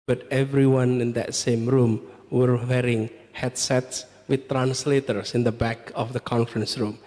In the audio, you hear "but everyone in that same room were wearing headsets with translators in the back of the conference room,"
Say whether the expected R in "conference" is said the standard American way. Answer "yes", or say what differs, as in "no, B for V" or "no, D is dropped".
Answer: yes